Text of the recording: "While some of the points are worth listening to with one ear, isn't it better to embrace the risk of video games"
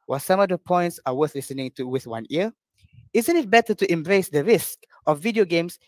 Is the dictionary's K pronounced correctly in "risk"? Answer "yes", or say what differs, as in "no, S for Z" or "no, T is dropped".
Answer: yes